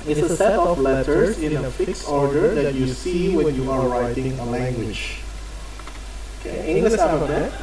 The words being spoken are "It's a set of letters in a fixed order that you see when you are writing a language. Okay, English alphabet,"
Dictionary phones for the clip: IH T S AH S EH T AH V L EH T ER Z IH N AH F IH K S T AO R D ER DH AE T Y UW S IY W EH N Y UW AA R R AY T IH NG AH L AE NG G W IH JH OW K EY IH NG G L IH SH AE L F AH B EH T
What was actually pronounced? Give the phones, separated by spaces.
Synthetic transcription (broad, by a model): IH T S AH S EH T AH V L EH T ER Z IH N AH F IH K S AO R D ER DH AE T Y UW S IY W EH N Y UW AA R R AY T IH NG AH L AE NG G W IH JH OW K EY IH NG G L IH SH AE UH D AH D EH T